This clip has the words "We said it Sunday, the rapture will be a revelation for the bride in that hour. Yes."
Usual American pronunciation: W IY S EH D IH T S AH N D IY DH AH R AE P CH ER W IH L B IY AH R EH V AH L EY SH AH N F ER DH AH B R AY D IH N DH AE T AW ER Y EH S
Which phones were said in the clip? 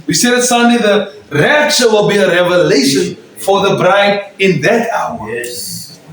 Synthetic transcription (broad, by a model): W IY S EH D IH T S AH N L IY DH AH R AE CH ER W IH L B IY AH R EH V AH L EY SH AH N F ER DH AH B R AY D IH N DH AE T AW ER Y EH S